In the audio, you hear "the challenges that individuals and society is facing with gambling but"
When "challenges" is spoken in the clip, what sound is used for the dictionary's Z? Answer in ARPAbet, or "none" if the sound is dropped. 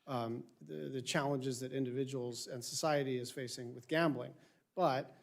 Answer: Z